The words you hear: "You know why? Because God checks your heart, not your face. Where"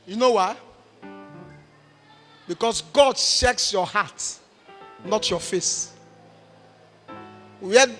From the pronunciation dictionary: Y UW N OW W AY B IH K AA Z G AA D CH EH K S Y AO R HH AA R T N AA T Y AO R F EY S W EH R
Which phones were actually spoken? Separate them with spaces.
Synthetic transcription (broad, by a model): Y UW N OW W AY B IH K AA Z G AA D SH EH K S Y AO HH AA T N AA T Y AO F EY S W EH